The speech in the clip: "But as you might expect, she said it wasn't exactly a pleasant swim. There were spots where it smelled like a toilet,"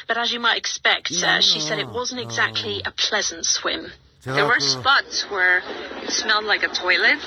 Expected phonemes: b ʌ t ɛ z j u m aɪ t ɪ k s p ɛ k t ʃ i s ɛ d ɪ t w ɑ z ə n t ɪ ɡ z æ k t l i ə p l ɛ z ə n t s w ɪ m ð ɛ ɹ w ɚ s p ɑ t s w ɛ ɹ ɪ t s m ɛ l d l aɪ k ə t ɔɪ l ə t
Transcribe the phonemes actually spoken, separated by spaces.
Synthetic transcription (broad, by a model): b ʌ t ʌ z j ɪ m aɪ t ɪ k s p ɛ k t ʃ i s ɛ d ɪ t w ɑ z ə n t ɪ ɡ z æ k t l i ə p l ɛ z ə n t s w ɪ m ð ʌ ɹ w ɚ s p ɑ t s w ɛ ɹ ɪ t s m ɛ l d l aɪ k ə t ɔɪ l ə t